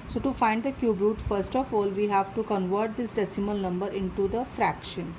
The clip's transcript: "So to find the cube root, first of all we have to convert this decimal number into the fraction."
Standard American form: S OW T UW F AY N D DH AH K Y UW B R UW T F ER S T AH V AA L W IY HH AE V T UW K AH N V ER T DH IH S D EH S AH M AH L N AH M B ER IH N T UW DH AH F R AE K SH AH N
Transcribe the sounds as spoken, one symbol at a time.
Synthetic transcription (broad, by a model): S OW T UW F AY N D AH K Y UW B R UW T F ER S T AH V AA L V IY HH AE V T UW K AH N V ER T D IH S D EH S AH M AH L N AH M B ER IH N T UW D AH F R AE K SH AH N